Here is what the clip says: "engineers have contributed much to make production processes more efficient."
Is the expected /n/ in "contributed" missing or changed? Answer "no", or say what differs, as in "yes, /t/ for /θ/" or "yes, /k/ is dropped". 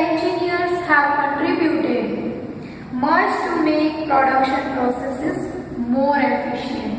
yes, /n/ is dropped